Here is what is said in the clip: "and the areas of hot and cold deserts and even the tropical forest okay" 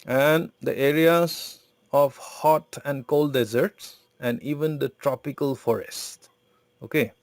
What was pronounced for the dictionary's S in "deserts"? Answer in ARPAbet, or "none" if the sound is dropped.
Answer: S